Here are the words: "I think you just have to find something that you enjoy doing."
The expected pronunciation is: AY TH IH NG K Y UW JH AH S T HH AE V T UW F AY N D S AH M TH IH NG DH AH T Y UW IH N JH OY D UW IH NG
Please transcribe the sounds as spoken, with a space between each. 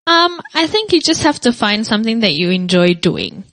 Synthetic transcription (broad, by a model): AY TH IH NG K Y UW JH AH S T HH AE F T UW F AY N D S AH M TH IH NG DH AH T Y UW IH N JH OY D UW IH NG